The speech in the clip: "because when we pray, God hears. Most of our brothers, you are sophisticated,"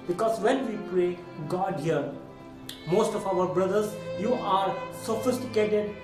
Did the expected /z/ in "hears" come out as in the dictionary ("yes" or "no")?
no